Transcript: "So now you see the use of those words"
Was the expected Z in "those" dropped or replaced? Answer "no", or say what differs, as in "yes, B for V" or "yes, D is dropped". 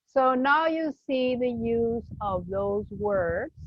no